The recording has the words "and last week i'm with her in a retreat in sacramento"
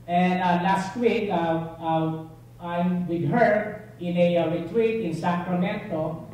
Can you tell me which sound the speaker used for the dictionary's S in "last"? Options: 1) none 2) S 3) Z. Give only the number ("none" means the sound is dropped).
2